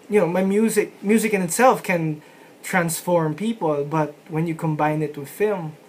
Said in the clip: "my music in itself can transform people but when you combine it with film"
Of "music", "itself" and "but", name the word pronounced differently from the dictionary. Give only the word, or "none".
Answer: none